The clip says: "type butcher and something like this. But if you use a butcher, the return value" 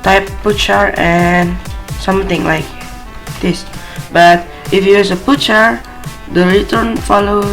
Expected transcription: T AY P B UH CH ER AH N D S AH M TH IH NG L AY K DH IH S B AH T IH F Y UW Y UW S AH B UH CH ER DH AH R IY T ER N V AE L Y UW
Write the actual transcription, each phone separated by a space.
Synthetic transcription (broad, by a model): T AY P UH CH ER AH N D S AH M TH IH NG L AY K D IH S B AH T IH F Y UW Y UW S AH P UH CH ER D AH R IY T ER N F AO L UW